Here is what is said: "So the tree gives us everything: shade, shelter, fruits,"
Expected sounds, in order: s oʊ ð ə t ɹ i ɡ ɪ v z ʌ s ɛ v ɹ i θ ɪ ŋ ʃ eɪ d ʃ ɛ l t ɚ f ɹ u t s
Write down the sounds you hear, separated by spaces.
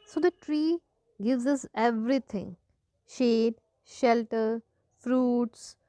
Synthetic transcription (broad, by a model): s oʊ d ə t ɹ i ɡ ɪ v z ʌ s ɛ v ɹ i t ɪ ŋ ʃ eɪ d ʃ ɛ l t ɚ f ɹ u t s